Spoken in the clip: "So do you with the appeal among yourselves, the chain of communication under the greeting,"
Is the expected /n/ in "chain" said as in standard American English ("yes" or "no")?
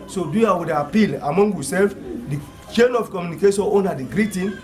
yes